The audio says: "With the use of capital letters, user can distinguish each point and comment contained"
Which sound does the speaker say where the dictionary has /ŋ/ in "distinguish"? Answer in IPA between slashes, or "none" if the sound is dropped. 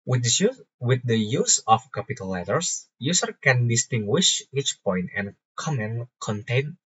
/ŋ/